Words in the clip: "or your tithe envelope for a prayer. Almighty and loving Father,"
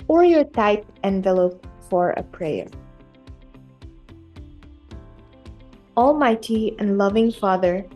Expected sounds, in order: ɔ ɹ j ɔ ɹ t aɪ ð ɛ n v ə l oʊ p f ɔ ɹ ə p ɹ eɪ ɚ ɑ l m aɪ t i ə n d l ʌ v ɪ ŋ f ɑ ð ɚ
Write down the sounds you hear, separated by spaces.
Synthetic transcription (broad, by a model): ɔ ɹ j ɔ ɹ t aɪ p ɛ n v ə l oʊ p f ɔ ɹ ə p ɹ eɪ ɚ ɑ l m aɪ t i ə n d l ʌ v ɪ ŋ f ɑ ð ɚ